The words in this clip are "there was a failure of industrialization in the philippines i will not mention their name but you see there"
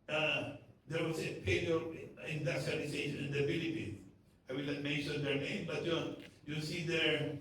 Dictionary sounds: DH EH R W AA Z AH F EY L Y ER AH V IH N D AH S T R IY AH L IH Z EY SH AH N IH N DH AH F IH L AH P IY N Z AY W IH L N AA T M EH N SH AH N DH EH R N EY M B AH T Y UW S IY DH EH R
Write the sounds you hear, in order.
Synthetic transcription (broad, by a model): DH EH R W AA S AH P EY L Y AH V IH N D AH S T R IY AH L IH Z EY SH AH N IH N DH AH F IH L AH P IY N S AY W IH L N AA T M EH N SH AH N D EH R N EY M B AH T Y UW S IY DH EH R